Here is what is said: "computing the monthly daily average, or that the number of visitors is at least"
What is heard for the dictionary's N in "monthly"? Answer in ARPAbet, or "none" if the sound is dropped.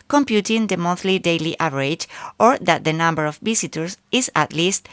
none